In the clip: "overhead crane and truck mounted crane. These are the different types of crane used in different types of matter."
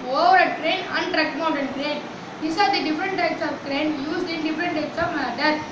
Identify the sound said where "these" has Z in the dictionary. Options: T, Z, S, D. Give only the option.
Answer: S